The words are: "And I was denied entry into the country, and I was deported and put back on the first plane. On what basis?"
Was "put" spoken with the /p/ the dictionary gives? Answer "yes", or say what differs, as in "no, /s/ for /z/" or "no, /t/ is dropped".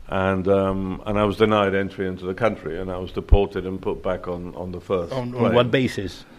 yes